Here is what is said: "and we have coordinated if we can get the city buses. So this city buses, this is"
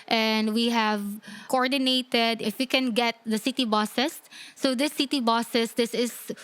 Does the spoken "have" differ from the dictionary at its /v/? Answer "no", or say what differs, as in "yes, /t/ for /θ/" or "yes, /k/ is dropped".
no